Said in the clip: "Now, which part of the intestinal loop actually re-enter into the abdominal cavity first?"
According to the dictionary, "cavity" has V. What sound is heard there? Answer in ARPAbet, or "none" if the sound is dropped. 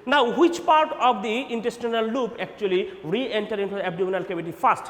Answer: B